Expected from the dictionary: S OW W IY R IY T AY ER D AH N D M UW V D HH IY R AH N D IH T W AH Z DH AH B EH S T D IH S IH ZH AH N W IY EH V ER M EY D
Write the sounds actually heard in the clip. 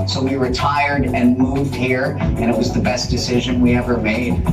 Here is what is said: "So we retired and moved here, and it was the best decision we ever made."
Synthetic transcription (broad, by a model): S OW W IY R IY T AY ER D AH N M UW V D HH IY R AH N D IH T W AH Z DH AH B EH S D IH S IH ZH AH N W IY EH V ER M EY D